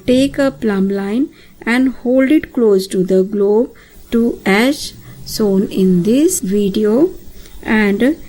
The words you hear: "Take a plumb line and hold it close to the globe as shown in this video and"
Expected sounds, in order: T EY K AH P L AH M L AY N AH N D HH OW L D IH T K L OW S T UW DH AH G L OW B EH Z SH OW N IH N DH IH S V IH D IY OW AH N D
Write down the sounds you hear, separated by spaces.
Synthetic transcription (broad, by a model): T EY K AH P L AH M L AY N AH N D HH OW L D IH T K L OW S T UW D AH G L OW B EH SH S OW N IH N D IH S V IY D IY OW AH N D